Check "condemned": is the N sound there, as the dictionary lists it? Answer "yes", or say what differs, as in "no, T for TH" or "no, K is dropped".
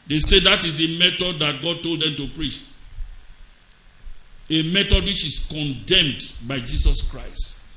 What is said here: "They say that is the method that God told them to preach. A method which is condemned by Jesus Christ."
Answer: yes